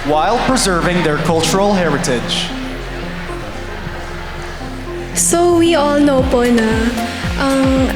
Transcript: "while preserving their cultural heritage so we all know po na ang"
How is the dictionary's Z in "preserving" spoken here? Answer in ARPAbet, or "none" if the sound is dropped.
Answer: Z